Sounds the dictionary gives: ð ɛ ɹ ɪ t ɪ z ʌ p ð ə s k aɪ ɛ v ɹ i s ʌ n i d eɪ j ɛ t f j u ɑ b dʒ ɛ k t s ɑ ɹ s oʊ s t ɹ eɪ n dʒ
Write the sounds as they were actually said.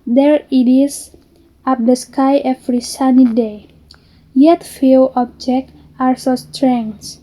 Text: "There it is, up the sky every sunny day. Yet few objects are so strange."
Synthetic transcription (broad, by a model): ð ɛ ɹ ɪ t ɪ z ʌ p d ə s k aɪ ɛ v ɹ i s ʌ n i d eɪ j ɛ t f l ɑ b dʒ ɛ k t ɑ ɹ s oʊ s t ɹ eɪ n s